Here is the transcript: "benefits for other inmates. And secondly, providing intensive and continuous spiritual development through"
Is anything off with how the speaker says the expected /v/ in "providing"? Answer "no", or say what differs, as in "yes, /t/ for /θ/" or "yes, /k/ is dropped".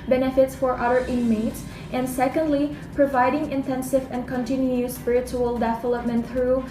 no